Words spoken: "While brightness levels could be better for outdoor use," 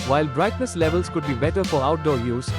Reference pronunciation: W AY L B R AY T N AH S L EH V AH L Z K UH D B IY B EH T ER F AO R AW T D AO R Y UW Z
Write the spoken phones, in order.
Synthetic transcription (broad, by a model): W AY L B R AY T N AH S L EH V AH L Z K UH D B IY B EH T ER F AO R AW T D AO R Y UW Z